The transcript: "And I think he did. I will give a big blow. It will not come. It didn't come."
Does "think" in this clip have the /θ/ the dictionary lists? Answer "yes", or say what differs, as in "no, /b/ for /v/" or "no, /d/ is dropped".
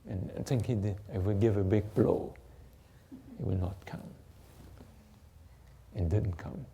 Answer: no, /t/ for /θ/